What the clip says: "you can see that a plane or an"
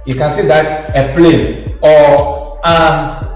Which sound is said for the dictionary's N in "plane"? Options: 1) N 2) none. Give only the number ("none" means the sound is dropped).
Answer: 2